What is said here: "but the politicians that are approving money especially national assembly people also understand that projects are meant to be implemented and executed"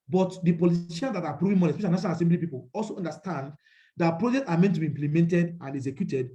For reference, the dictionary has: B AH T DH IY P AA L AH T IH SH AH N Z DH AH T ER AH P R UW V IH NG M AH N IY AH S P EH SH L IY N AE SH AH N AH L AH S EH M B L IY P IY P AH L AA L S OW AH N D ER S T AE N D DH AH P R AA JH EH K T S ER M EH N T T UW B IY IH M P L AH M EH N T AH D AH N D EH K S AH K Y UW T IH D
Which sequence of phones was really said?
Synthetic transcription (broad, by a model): B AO T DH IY P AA L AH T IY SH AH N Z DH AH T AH P R UW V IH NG M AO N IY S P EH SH IY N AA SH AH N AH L AH S EH M B L IY P IY P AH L AA L S OW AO N D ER S T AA N D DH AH P R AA JH EH K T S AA M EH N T T UW B IY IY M P L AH M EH N T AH D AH N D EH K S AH K Y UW T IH D